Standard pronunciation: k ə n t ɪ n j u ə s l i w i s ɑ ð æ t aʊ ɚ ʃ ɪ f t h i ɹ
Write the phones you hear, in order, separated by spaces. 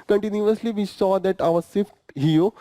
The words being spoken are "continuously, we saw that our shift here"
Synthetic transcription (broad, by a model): k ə n t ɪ n j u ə s l i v i s ɑ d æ t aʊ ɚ s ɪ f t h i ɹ